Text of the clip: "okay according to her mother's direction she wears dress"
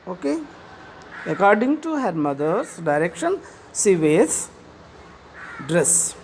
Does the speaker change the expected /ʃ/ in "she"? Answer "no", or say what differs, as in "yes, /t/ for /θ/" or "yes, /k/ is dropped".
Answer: yes, /s/ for /ʃ/